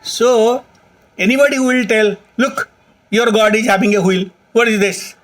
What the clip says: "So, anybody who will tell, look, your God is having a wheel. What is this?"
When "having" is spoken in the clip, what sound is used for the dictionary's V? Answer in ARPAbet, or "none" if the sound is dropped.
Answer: B